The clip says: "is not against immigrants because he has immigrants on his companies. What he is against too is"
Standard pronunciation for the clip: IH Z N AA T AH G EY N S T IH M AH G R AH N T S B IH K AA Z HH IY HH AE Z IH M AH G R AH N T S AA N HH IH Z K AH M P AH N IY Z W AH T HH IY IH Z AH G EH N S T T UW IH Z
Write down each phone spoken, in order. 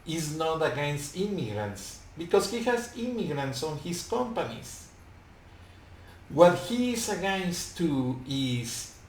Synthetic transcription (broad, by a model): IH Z N AA T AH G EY N S T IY M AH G R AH N T S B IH K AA S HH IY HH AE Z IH M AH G R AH N T S AA N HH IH S K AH M P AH N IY S W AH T HH IY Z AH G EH N S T T UW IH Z